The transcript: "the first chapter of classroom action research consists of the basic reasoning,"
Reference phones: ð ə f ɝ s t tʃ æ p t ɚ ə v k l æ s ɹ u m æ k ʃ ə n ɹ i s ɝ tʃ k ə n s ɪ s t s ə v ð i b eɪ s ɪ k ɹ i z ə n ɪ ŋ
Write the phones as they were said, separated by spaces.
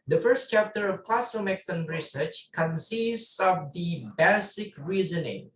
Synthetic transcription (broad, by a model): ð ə f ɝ s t tʃ æ p t ɚ ə v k l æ s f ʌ m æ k s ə n ɹ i s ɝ tʃ k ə n s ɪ s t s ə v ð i b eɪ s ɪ k ɹ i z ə n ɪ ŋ